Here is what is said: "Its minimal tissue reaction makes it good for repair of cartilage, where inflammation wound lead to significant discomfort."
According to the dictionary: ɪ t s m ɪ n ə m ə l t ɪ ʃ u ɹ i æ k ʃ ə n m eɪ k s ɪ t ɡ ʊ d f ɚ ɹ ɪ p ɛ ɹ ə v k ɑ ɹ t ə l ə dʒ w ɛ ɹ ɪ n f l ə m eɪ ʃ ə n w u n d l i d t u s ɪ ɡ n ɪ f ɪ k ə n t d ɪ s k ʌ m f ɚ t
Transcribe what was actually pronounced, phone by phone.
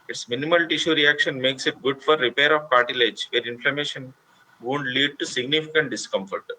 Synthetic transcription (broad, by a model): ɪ t s m ɪ n ə m ə l t ɪ ʃ u ɹ i æ k ʃ ə n m eɪ k s ɪ t ɡ ʊ d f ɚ ɹ ɪ p ɛ ɹ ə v k ɑ ɹ t ə l ə dʒ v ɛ ɹ ɪ n f l ə m eɪ ʃ ə n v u n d l i d t u s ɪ ɡ n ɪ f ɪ k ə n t d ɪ s k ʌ m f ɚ t